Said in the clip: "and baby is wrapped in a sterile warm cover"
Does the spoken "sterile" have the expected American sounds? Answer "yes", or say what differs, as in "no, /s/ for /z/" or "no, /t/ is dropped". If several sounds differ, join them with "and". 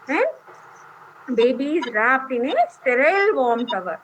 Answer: yes